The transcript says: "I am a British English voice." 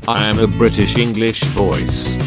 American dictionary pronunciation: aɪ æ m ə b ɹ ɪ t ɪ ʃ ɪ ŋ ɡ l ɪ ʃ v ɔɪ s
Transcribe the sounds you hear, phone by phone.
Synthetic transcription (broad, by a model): aɪ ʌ m ə b ɹ ɪ t ɪ ʃ ɪ ŋ ɡ l ɪ ʃ v ɔɪ s